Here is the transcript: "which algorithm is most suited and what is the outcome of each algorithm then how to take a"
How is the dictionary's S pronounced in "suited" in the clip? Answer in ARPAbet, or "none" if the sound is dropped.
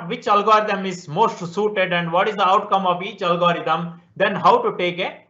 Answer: S